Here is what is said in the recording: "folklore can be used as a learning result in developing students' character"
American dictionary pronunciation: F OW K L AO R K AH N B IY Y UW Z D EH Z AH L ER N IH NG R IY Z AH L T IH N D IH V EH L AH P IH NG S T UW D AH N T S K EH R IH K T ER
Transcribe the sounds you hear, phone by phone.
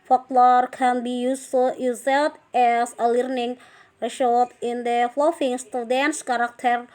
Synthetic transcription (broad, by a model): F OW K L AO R K AH N B IY Y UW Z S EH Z AH L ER N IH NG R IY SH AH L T IH N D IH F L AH F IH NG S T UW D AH N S K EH R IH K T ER